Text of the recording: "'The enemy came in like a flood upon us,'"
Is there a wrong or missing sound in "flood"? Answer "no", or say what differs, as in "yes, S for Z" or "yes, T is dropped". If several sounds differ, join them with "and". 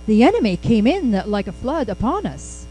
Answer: no